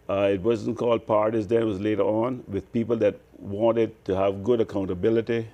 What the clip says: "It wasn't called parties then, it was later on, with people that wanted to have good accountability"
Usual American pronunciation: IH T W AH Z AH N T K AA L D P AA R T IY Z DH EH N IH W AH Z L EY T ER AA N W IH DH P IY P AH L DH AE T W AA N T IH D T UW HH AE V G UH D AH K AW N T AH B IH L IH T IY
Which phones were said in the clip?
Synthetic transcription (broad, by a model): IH T W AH Z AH N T K AA L D P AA R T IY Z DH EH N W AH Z L EY T ER AA N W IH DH P IY P AH L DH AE T W AA N T IH D T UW HH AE V G UH D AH K AW N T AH B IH L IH T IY